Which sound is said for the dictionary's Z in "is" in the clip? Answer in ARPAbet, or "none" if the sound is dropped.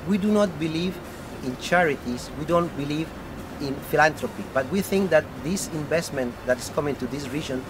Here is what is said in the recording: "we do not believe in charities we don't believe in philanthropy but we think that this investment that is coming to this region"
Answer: S